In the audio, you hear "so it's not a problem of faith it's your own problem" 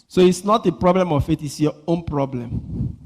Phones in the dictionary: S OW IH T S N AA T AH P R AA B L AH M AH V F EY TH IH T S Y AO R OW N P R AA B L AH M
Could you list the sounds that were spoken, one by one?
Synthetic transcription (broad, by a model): S OW IH T S N AA T AH P R AA B L AH M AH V F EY T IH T S Y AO OW N P R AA B L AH M